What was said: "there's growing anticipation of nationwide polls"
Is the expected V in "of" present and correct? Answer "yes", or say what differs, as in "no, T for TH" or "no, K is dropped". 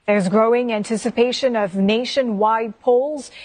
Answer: yes